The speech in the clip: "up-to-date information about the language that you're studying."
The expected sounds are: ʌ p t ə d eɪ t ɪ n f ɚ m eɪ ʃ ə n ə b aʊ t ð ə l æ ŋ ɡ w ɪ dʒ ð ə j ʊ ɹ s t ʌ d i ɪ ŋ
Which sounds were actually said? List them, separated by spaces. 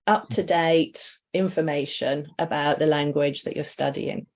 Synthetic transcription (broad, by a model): ʌ p t ə d eɪ t ɪ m f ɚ m eɪ ʃ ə n ə b aʊ t ð ə l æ ŋ ɡ w ɪ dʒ ð ə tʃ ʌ s t ʌ d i ɪ ŋ